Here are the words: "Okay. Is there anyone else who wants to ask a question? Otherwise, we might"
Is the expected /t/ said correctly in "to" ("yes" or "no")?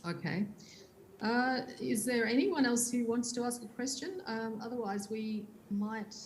yes